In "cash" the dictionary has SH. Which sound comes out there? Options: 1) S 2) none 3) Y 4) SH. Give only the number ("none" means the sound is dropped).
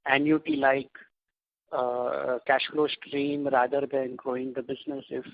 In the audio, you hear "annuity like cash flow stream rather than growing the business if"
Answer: 4